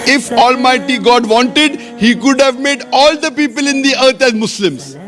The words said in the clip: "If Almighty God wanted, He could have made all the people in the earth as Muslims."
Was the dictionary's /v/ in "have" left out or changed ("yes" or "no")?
no